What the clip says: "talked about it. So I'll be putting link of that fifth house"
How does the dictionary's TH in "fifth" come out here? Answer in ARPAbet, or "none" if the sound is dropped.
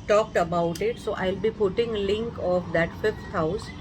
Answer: T